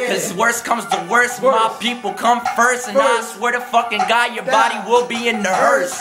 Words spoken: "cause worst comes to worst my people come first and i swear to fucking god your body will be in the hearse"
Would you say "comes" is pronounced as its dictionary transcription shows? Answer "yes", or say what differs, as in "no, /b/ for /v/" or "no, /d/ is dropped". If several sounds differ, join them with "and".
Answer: yes